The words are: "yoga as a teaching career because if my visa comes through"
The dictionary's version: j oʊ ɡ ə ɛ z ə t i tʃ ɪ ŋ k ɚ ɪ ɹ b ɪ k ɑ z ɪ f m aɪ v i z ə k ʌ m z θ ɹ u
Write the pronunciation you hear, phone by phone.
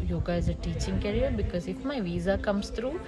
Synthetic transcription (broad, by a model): j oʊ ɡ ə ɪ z ə t i tʃ ɪ ŋ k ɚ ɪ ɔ b ɪ k ɑ z ɪ f m aɪ v i z ə k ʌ m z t ɹ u